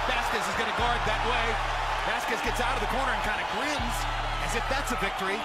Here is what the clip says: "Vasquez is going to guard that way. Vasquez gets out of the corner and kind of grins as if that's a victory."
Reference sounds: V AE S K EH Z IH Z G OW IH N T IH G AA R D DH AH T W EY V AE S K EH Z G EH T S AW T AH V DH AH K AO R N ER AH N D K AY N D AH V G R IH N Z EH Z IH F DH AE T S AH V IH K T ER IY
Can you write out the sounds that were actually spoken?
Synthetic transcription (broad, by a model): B AE S K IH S IH Z G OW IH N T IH G AA R D DH AH T W EY B AE S K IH S G EH T S AW T AH V DH AH K AO R N ER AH N K AY N D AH G R IH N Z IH Z IH F DH AE T S AH V IH K T ER IY